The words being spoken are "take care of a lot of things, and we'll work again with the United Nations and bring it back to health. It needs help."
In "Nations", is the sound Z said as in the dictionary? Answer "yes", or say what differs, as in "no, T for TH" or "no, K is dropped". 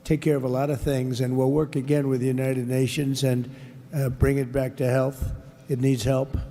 yes